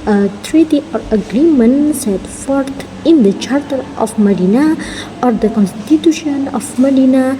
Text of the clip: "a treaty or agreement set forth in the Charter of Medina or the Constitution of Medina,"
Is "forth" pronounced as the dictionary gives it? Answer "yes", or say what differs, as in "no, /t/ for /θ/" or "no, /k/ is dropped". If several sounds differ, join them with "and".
no, /t/ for /θ/